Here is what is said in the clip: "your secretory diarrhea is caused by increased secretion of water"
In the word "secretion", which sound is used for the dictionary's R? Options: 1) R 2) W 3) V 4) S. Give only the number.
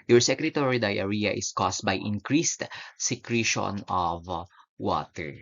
1